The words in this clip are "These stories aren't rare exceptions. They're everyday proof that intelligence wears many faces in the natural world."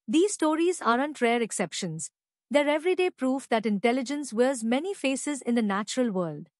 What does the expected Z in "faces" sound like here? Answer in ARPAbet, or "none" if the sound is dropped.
Z